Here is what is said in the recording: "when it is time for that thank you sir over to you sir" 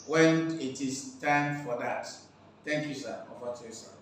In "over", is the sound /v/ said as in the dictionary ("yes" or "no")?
no